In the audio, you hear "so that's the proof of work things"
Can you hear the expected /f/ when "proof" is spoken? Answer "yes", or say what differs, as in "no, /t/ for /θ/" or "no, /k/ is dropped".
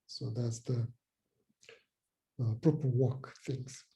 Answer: no, /p/ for /f/